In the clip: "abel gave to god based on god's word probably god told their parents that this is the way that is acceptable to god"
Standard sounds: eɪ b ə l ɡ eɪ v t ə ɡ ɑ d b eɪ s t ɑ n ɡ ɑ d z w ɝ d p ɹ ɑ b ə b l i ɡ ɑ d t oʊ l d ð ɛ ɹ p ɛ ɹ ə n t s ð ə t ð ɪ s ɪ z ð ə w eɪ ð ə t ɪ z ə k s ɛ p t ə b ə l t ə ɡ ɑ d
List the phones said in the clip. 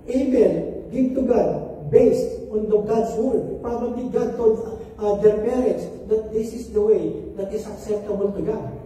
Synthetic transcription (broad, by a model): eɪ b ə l ɡ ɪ b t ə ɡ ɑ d b eɪ s t ɑ n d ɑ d s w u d p ɹ ɑ b ə b l i ɡ ɑ d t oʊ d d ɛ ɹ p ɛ ɹ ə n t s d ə t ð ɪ s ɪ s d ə w eɪ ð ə t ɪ s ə k s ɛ p t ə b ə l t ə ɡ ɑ